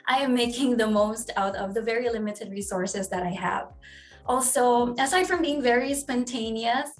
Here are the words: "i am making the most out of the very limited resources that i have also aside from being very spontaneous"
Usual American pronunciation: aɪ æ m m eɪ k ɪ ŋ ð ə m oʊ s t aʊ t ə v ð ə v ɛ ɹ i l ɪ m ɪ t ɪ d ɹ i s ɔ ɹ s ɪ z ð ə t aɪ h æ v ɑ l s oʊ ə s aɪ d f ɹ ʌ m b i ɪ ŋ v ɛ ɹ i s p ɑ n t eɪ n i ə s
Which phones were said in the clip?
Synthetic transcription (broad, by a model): aɪ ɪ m m eɪ k ɪ ŋ ð ə m oʊ s t aʊ t ə v ð ə v ɛ ɹ i l ɪ m ɪ t ɪ d ɹ i s ɔ ɹ s ɪ z ð ə t aɪ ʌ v ɑ l s oʊ ə s aɪ d f ɹ ʌ m b i ɪ ŋ v ɛ ɹ i s p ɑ n t eɪ n i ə s